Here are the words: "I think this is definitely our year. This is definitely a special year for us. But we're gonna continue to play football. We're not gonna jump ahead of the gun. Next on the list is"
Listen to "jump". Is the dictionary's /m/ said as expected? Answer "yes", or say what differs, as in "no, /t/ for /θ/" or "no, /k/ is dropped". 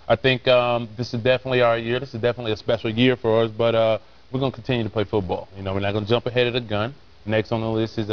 yes